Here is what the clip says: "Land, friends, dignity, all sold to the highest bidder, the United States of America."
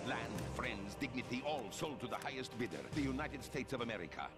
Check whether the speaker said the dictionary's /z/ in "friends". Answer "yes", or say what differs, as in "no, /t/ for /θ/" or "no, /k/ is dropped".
yes